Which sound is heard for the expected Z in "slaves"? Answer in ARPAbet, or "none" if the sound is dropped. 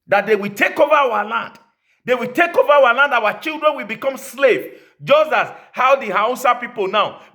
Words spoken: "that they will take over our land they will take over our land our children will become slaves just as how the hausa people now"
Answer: none